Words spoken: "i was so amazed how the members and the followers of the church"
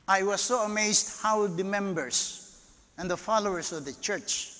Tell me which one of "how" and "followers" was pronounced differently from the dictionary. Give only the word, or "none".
followers